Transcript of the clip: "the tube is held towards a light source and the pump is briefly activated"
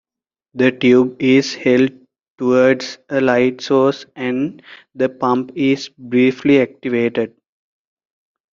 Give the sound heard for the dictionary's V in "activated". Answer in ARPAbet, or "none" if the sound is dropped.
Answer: V